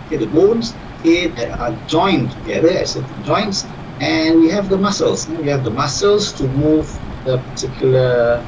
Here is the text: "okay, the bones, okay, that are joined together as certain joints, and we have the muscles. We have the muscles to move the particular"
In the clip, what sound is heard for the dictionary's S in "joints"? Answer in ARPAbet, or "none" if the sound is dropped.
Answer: S